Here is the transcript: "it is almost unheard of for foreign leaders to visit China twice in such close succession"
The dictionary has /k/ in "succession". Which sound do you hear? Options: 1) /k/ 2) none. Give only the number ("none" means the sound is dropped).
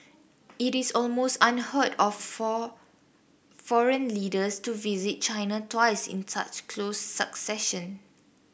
1